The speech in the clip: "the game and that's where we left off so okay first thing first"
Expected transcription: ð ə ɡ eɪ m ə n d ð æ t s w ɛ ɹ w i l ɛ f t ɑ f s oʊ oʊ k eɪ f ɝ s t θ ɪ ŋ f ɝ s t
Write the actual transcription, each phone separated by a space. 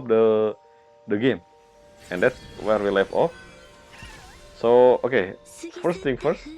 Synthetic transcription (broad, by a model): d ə ɡ eɪ m ə n d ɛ t s w ɛ ɹ w i l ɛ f ɑ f s oʊ oʊ k eɪ f ɝ s t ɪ ŋ f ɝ s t